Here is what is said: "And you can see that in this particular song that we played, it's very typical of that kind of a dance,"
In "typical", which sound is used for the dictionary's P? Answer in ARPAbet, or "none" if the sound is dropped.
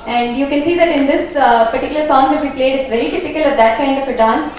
F